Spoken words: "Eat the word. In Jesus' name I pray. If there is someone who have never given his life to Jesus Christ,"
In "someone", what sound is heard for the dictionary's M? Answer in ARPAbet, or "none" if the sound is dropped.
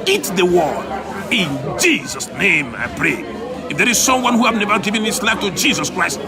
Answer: M